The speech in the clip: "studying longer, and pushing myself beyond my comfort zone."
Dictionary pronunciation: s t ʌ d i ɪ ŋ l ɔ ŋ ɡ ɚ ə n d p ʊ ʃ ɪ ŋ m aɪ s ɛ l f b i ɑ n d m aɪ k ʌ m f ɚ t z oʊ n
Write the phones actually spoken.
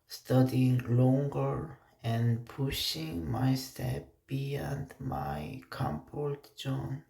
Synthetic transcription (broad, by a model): s t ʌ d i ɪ ŋ l ɔ ŋ ɡ ɚ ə n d p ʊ ʃ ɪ ŋ m aɪ s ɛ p b i ɑ n d m aɪ k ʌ m p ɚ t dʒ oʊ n